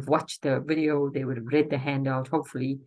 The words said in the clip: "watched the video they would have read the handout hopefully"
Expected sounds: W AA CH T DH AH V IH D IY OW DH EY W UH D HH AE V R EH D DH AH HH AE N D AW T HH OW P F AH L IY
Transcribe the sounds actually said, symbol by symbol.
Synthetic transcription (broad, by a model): W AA CH DH AH V IH D IY OW DH EY W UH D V R EH D DH AH HH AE N D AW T HH OW P F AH L IY